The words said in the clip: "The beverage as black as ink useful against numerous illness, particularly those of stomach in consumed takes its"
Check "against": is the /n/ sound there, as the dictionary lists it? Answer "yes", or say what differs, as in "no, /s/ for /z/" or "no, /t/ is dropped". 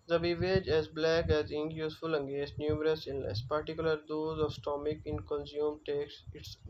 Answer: no, /n/ is dropped